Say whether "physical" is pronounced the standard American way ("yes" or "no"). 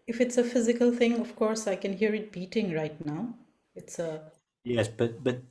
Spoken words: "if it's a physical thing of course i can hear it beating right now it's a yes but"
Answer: yes